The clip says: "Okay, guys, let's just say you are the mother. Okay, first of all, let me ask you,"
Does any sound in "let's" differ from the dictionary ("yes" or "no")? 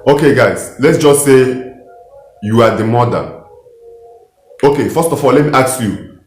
no